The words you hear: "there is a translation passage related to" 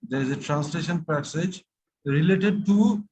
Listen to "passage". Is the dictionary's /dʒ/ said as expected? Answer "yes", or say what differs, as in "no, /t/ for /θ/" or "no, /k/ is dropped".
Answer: yes